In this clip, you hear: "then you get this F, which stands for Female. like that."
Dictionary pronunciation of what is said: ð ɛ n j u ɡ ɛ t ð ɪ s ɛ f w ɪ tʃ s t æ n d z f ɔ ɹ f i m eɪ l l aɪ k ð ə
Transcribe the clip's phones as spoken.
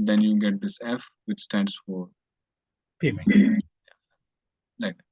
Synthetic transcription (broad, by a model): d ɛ n j u ɡ ɛ t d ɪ s ɛ f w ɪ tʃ s t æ n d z f ɔ ɹ p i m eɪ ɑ l aɪ k